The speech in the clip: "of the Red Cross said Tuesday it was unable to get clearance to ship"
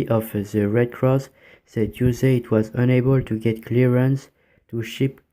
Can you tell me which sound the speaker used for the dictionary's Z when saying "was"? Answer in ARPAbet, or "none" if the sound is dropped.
Z